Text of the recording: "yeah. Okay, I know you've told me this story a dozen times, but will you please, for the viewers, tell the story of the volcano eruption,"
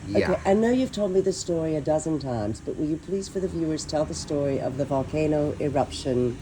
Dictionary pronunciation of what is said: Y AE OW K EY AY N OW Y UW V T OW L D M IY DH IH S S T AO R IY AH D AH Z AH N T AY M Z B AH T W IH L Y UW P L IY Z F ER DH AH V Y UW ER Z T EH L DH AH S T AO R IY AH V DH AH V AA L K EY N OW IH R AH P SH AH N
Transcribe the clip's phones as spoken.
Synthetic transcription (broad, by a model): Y OW K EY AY N OW Y UW V T OW L D M IY DH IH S S T AO R IY AH D AH Z AH N T AY M Z B AH T W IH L Y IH P L IY Z F ER DH AH V Y UW ER Z T EH L DH AH S T AO R IY AH V DH AH V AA L K EY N OW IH R AH P SH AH N